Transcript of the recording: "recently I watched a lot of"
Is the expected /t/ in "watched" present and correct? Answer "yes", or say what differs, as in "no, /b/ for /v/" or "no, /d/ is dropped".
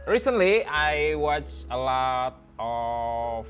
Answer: no, /t/ is dropped